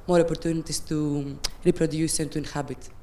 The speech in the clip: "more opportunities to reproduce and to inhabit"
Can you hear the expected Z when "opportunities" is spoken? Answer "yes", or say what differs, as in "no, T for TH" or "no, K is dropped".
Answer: no, S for Z